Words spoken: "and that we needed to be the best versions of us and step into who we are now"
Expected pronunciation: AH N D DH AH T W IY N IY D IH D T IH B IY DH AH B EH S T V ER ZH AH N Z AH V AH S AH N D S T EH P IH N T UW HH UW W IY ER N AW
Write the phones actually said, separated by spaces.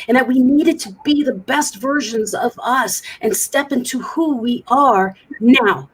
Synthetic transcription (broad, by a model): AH N DH AH T W IY N IY D IH D T IH B IY DH AH B EH S T V ER ZH AH N Z AH V AH S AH N S T EH P IH N T UW HH UW W IY ER N AW